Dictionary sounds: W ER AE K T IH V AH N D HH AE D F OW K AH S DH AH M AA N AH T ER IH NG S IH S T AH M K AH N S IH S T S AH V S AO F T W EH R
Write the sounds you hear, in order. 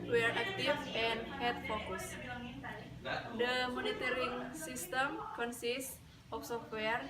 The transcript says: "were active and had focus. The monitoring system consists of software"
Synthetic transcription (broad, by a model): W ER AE K T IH F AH N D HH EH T F OW K AH S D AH M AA N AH T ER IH NG S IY S T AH M K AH N S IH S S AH F S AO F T W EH R